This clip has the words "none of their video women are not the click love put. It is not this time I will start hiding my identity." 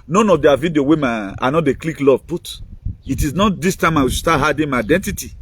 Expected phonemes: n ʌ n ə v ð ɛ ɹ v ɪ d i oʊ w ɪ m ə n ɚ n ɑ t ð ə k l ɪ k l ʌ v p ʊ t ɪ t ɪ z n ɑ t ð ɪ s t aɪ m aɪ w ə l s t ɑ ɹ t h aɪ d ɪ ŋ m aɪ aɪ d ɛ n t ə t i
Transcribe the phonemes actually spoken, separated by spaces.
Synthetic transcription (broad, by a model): n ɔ n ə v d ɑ v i d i oʊ w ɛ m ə ɑ n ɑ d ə k l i k l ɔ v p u t ɪ t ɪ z n ɑ t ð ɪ s t aɪ m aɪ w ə s t ɑ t h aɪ d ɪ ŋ m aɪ aɪ d ɛ n t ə t i